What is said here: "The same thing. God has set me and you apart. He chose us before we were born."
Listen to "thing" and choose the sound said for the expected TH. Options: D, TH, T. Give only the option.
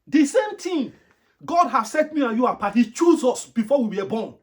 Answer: T